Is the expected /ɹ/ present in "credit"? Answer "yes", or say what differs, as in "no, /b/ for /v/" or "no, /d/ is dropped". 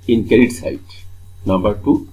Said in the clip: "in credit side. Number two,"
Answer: no, /ɹ/ is dropped